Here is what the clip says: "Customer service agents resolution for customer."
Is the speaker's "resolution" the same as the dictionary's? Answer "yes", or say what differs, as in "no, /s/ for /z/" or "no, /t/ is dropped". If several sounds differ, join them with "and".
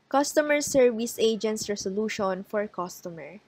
no, /s/ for /z/